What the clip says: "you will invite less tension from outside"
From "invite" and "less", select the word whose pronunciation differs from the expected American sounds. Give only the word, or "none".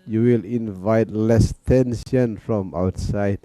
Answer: none